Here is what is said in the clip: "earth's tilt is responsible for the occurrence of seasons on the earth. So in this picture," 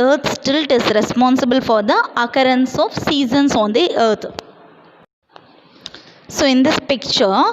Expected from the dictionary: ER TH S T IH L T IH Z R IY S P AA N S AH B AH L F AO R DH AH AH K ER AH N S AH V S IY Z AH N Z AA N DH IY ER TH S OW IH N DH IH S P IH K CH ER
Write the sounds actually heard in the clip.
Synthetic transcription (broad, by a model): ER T S T IH L T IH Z R IY S P AA N S AH B AH L F AO R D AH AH K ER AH N S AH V S IY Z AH N S AA N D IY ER T S OW IH N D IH S P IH K CH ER